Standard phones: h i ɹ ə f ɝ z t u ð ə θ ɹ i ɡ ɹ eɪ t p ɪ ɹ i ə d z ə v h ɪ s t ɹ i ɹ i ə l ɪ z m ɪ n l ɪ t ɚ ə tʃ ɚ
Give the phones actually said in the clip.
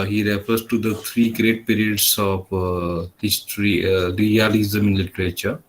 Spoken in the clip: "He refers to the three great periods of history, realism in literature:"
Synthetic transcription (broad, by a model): h i ɹ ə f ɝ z t u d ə t ɹ i ɡ ɹ eɪ t p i ɹ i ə d s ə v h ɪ s t ɹ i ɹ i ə l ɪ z m ɪ n l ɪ t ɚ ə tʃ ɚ